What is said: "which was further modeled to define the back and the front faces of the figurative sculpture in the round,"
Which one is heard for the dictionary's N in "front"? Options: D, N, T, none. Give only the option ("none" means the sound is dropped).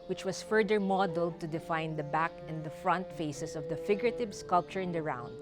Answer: N